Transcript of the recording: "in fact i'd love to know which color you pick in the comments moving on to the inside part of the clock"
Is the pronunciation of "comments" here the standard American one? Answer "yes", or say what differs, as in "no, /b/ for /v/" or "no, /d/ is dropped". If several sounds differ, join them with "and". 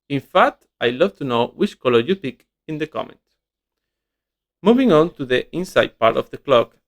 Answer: no, /s/ is dropped